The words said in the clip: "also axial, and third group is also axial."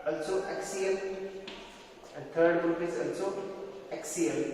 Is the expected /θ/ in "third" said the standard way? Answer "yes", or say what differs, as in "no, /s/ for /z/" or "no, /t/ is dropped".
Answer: no, /t/ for /θ/